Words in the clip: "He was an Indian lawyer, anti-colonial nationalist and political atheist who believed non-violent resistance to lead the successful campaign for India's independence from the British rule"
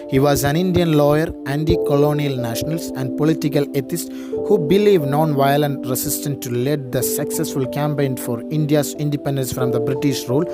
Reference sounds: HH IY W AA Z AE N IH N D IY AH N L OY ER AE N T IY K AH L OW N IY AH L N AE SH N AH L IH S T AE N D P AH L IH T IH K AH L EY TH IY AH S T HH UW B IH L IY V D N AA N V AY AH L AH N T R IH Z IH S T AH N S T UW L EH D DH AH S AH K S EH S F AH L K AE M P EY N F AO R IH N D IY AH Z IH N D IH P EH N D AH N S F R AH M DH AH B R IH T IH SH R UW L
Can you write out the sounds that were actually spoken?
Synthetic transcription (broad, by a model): HH IY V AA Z AE N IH N D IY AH N L OY ER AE N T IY K AH L OW N IY AH L N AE SH N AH L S AE N D P AH L IH T IH K AH L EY T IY S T HH UW B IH L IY V N AA N V AY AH L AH N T R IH S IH S T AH N T UW L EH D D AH S AH K S EH S F AH L K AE M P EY N F AO R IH N D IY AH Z IH N D IH P EH N D AH N S F R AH M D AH B R IH T IH SH R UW L